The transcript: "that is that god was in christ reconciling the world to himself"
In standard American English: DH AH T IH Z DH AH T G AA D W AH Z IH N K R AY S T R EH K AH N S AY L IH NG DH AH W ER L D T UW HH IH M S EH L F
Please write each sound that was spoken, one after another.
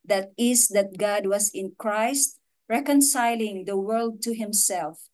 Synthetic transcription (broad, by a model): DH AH T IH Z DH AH T G AA D W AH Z IH N K R AY S T R EH K AH N S AY L IH NG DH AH W ER L D T UW HH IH M S EH L F